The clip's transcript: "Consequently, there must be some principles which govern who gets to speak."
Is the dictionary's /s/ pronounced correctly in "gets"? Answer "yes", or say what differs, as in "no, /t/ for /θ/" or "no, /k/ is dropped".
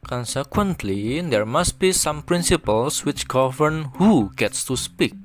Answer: yes